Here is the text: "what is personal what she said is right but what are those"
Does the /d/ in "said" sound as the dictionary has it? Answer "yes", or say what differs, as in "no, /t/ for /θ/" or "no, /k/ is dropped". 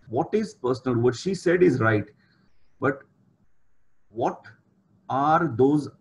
yes